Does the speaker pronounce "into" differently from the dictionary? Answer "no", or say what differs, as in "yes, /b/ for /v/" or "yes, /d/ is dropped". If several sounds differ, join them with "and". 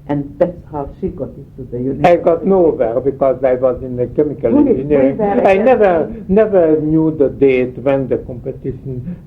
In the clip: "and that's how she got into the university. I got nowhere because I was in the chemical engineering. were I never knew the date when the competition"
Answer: yes, /n/ is dropped